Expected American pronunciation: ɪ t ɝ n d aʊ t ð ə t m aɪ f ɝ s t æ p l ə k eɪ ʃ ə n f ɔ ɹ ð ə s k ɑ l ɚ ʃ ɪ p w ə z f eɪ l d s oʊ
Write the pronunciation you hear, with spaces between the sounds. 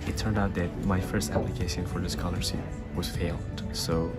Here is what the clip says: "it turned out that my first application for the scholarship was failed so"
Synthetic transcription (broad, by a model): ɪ t ɝ n d aʊ t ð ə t m aɪ f ɝ s t æ p l ə k eɪ ʃ ə n f ɔ ɹ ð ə s k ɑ l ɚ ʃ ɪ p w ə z f eɪ l d s oʊ